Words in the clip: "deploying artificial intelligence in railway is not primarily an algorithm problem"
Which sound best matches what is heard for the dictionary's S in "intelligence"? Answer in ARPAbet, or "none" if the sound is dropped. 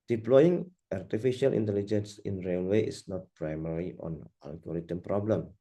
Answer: S